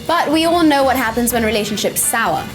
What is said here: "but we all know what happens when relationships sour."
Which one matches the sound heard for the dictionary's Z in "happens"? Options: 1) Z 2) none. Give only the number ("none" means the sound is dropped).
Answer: 1